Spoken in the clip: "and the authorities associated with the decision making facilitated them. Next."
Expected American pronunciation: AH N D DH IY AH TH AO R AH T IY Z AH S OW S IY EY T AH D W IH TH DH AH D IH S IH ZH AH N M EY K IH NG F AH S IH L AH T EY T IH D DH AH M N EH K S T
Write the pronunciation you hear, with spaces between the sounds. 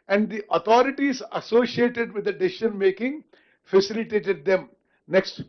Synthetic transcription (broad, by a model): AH N D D IY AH T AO R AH T IY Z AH S OW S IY EY T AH D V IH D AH D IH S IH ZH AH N M EY K IH NG F AH S IH L AH T EY T IH D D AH M N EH K S T